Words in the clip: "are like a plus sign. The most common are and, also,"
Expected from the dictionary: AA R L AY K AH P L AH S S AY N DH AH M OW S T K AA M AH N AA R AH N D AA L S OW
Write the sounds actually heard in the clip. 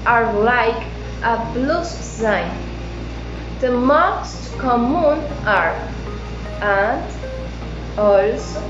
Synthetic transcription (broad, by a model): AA R L AY K AH B L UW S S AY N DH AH M OW S T K AA M AH N AA R AH N D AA L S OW